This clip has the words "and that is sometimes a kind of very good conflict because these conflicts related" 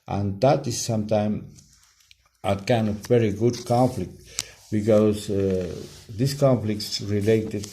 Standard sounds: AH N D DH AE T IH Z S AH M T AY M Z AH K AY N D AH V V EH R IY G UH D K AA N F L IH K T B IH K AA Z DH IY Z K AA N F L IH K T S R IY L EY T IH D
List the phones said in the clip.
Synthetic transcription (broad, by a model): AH N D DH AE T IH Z S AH M T AY M AH K AY N D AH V V EH R IY G UH D K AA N F L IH K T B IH K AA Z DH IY S K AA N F L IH K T S R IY L EY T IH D